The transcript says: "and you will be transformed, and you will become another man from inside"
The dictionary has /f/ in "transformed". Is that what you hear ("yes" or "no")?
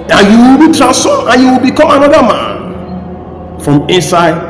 no